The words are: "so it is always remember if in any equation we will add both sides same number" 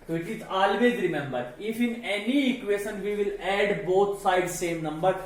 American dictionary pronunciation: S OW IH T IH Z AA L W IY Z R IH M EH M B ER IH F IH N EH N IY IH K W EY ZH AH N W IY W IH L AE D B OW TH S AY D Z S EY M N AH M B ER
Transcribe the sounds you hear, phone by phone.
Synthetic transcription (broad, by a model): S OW IH T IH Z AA L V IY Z R IH M EH M B ER IH F IH N EH N IY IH K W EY SH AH N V IY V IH L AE D B OW T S AY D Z S EY M N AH M B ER